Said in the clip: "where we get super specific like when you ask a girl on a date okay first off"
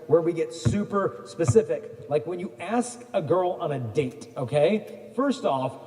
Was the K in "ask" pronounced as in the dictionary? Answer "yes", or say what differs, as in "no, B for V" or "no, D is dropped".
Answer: yes